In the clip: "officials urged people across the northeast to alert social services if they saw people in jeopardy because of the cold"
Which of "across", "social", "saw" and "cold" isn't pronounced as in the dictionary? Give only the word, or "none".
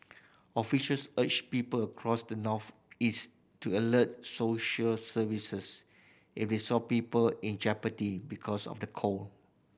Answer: cold